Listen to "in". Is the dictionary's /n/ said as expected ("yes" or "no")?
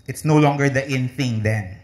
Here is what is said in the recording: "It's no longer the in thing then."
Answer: yes